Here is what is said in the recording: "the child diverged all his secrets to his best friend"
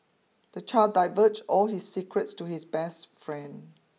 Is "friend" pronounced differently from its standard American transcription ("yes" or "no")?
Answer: no